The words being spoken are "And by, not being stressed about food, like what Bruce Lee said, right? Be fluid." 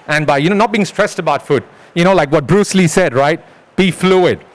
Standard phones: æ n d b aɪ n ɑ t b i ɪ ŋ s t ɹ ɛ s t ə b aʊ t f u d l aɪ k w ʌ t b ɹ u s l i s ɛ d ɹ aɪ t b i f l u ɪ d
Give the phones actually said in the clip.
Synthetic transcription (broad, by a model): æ n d b aɪ n ɑ t b i ɪ ŋ s t ɹ ɛ s t ə b aʊ t f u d l aɪ k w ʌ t b ɹ u s l i s ɛ d ɹ aɪ t b i f l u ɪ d